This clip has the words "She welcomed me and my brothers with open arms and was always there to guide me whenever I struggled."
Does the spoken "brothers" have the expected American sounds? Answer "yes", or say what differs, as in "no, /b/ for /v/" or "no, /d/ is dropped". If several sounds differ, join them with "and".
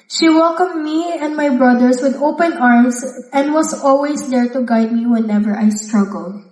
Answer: no, /s/ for /z/